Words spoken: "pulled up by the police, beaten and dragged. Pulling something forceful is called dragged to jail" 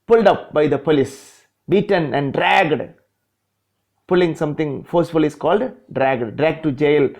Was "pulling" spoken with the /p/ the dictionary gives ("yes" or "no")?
yes